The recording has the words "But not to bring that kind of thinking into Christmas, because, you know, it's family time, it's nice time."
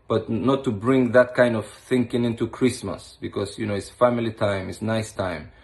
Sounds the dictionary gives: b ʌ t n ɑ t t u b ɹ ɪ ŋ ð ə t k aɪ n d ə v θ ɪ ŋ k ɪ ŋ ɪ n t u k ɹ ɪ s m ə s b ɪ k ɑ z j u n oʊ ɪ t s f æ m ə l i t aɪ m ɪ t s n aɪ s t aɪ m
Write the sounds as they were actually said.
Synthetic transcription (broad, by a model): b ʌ t n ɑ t t u b ɹ ɪ ŋ ð ə t k aɪ n d ə v θ ɪ ŋ k ɪ ŋ ɪ n t u k ɹ ɪ s m ə s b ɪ k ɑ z j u n oʊ ɪ t s f æ m ə l i t aɪ m ɪ t s n aɪ s t aɪ m